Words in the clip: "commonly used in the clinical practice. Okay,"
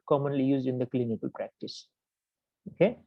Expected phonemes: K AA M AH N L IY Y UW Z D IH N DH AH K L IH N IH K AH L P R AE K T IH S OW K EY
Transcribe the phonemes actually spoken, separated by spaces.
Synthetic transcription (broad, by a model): K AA M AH N L IY Y UW Z D IH N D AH K L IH N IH K AH L P R AE K T IH S OW K EY